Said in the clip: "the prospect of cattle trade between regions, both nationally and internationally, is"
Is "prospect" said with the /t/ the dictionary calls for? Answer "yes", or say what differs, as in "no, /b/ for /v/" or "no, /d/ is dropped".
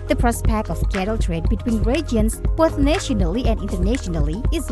no, /t/ is dropped